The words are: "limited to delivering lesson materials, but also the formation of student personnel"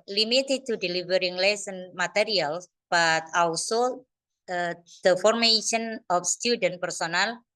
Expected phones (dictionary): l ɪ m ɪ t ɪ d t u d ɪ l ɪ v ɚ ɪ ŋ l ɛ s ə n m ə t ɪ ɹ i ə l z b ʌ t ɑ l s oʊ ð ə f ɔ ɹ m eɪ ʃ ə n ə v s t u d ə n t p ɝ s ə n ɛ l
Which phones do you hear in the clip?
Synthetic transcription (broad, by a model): l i m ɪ t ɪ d t u d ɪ l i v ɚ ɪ ŋ l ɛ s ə n m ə t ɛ ɹ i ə l b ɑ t ɑ w s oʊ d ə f ɔ ɹ m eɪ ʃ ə n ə f s t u d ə n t p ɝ s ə n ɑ l